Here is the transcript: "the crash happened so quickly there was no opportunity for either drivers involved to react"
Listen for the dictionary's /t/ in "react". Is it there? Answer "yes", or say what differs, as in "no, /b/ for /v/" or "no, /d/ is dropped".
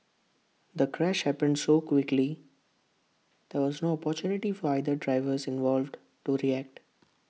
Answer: yes